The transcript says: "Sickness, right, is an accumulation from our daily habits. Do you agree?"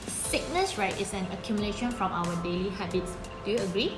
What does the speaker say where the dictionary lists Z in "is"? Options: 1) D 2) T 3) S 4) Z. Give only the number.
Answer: 3